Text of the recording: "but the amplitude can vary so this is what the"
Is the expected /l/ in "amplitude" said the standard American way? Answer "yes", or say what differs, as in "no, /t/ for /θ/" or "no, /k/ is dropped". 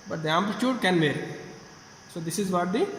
no, /l/ is dropped